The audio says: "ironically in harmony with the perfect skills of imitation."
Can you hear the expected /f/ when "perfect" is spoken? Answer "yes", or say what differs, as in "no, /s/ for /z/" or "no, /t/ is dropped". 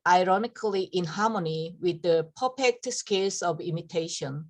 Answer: no, /p/ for /f/